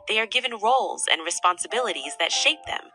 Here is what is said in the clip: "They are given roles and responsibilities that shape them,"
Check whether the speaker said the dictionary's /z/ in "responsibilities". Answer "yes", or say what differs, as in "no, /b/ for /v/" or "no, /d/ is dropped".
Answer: yes